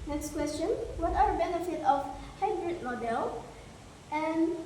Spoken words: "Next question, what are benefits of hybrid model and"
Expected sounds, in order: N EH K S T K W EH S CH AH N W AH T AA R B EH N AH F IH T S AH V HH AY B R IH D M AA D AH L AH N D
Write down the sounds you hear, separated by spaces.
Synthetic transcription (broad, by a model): N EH K S T K W EH S CH AH N W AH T AA R B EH N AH F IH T AH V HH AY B R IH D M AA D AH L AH N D